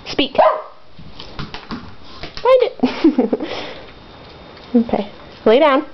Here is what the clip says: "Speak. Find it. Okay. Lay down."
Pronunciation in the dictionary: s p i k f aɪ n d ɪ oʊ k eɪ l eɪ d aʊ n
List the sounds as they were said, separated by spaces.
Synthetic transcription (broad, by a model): s p i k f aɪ d ɪ oʊ k eɪ l eɪ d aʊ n